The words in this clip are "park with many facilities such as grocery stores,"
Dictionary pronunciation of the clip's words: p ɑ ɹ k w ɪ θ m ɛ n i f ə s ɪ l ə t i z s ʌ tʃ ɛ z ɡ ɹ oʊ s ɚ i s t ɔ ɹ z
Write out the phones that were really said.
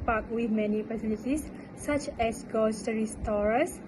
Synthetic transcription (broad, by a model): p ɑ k w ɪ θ m ɛ n i p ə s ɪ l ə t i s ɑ tʃ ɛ s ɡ oʊ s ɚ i s t ɔ ɹ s